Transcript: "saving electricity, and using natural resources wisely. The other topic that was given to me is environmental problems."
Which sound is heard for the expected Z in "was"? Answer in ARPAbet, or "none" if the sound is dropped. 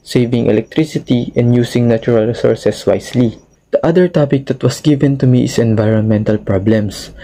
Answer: S